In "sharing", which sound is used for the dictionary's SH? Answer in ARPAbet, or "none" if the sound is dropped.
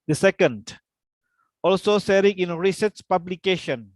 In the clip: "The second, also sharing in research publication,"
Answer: S